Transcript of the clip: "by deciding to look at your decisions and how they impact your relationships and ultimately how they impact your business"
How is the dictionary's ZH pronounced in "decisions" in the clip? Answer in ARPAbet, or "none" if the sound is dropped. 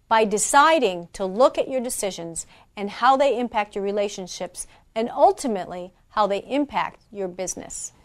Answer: ZH